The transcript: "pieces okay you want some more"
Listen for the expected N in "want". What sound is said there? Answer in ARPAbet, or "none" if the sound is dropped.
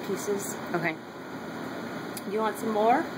N